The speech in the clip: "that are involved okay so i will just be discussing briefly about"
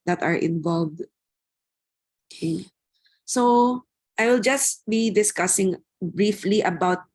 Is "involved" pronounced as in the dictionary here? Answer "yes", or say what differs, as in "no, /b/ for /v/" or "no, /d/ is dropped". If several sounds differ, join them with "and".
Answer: yes